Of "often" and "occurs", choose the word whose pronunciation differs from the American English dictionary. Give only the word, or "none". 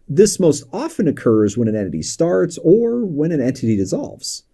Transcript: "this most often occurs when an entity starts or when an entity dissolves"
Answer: none